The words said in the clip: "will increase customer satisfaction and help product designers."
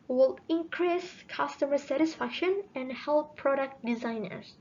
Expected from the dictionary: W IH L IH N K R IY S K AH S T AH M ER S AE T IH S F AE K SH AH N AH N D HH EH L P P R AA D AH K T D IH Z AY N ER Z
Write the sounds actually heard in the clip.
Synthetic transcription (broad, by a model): W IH L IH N K R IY S K AH S T AH M ER S AE T IH S F AE K SH AH N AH N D HH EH L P P R AA D AH K T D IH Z AY N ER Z